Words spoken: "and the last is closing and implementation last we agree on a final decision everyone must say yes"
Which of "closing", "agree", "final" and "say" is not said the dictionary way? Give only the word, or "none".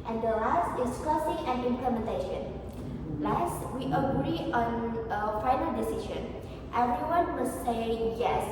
closing